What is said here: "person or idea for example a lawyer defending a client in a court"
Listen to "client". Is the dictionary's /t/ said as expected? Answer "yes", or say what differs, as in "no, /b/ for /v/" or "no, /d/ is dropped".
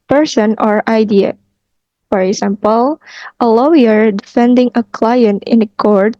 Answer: yes